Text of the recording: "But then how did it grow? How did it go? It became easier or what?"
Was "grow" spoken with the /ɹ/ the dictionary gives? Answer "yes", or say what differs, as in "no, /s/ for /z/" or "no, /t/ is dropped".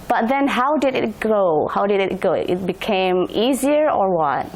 no, /ɹ/ is dropped